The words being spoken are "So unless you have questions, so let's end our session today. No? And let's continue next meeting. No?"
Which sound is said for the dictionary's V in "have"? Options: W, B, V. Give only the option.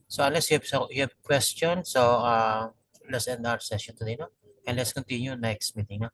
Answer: B